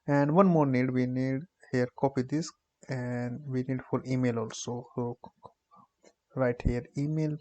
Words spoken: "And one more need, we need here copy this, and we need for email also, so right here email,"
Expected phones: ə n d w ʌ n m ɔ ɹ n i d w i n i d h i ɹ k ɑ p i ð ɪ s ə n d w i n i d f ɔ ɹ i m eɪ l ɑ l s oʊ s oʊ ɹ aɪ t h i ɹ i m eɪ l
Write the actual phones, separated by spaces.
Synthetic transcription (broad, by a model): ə n d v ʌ n m ɔ ɹ n i d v i n i d h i ɹ k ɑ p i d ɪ s ə n d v i n i d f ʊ l i m eɪ l ɑ l s oʊ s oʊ ɹ aɪ t h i ɹ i m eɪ l